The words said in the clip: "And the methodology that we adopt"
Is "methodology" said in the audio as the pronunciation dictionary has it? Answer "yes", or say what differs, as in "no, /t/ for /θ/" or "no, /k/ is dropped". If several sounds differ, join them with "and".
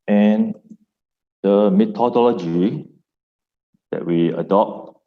no, /t/ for /θ/